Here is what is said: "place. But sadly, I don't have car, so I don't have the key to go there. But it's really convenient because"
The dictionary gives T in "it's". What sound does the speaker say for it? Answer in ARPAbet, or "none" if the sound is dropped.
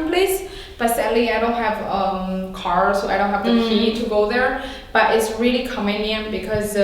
T